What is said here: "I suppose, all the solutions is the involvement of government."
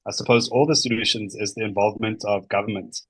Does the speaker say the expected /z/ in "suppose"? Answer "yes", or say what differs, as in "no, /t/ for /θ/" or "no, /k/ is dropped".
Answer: yes